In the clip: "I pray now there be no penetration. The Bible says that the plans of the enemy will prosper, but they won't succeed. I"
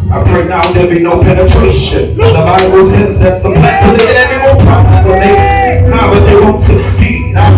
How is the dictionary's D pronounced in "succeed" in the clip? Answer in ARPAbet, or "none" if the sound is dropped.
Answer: none